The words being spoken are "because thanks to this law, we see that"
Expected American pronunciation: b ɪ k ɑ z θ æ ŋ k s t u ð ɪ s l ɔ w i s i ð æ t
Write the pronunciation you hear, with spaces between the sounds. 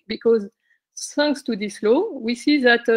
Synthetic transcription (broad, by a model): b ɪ k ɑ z s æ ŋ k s t u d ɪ s l ɔ w i s i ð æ t